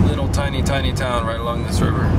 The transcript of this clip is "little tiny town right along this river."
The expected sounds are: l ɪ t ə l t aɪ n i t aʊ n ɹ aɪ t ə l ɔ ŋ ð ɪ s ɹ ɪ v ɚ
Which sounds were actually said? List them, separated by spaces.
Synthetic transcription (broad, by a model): l ɪ t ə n t aɪ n i t aʊ n ɹ aɪ t ə l ɔ ŋ ð ɪ s ɹ ɪ v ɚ